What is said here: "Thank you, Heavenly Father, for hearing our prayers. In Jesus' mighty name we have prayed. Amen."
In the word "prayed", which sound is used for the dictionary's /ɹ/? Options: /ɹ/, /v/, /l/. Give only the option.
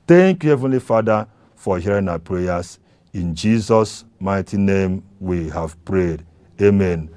/ɹ/